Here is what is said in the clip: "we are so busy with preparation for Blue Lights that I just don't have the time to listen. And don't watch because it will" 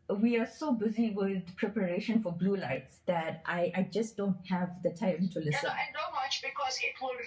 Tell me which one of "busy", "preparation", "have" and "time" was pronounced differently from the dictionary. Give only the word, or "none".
none